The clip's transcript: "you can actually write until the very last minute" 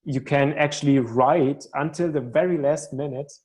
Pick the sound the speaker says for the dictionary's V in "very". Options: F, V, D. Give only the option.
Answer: V